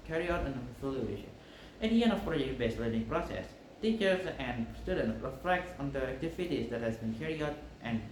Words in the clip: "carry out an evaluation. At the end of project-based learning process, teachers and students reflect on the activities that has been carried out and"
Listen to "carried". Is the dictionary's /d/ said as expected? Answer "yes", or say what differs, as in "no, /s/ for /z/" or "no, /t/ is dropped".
no, /d/ is dropped